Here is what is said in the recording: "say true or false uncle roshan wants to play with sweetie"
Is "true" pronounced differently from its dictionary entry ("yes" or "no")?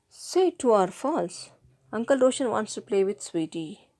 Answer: yes